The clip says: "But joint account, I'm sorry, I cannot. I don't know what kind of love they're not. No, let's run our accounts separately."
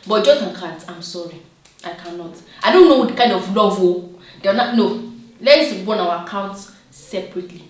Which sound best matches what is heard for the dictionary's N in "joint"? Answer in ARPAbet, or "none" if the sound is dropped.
none